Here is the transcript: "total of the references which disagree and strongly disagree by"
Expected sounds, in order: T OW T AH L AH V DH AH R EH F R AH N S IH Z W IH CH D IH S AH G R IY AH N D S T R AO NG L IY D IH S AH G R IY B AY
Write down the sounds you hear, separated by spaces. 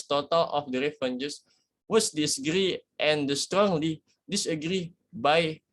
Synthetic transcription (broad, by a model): T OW T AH L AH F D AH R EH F AH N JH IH S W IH S D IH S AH G R IY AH N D S T R AO NG L IY D IH S AH G R IY B AY